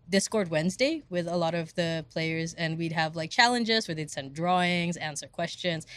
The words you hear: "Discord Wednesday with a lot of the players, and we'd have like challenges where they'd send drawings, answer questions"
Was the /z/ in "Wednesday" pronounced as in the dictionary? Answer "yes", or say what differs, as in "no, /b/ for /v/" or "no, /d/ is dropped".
yes